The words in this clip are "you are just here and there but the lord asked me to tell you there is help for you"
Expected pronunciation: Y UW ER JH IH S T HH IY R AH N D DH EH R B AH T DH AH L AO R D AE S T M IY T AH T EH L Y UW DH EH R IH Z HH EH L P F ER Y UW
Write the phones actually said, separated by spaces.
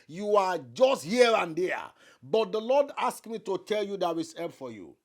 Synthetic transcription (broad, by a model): Y UW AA JH IH S T HH IY R AH N D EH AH B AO T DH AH L AO D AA S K M IY T AH T EH L Y UW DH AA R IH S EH P F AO Y UW